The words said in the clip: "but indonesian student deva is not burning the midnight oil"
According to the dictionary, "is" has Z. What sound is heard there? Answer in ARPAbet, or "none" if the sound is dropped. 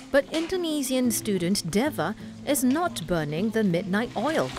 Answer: Z